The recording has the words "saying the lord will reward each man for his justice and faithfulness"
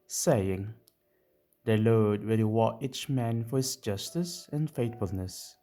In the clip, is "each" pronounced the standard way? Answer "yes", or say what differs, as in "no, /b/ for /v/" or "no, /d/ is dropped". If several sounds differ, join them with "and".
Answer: yes